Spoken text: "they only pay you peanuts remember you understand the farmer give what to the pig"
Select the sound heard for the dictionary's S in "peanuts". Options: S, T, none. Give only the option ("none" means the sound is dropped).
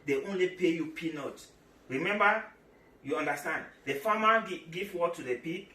none